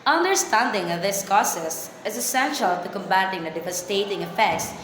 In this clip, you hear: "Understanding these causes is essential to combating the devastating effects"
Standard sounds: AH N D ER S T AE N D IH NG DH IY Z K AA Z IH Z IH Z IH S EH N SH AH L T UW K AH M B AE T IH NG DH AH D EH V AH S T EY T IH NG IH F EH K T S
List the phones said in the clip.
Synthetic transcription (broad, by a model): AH N D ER S T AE N D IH NG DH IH S K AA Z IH S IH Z IH S EH N SH AH L T UW K AH M B AE T IH NG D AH D EH V AH S T EY T IH NG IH F EH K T S